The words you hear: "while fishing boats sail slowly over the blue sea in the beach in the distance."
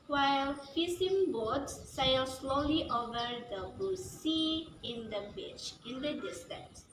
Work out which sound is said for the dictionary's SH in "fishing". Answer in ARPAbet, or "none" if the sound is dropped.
S